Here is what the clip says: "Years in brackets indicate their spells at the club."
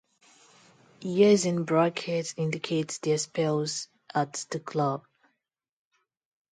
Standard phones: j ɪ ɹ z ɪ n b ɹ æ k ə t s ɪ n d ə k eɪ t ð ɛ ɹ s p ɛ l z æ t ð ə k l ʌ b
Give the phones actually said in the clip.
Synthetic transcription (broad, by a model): j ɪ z ɪ n b ɹ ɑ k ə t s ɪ n d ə k eɪ t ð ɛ s p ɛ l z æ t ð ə k l ʌ b